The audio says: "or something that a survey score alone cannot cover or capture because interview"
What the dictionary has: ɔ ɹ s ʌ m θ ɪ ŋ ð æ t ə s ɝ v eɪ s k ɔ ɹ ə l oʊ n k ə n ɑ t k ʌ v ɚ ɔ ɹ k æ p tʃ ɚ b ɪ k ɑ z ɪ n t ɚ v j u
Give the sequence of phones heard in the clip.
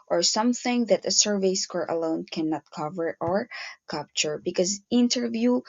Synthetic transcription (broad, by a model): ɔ ɹ s ʌ m θ ɪ ŋ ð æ t ə s ɝ v eɪ s k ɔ ɹ ə l oʊ n k ə n ɑ t k ʌ v ɚ ɔ ɹ k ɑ p tʃ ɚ b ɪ k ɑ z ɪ n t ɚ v j u